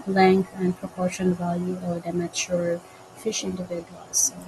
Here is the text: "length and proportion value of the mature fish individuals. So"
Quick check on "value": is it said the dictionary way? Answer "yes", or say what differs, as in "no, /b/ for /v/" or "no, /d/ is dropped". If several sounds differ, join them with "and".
yes